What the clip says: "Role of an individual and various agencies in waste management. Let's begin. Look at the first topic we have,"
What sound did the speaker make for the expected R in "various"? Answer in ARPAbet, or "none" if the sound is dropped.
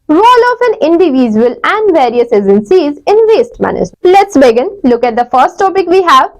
R